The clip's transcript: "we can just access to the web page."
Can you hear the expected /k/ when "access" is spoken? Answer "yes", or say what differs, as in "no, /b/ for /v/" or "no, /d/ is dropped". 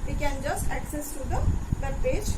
yes